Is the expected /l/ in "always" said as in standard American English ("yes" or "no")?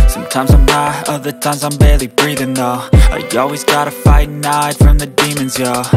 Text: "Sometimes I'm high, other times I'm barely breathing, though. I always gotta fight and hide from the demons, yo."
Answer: yes